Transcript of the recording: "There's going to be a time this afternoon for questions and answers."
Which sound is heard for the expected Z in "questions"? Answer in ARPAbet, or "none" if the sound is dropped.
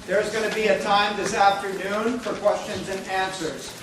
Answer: Z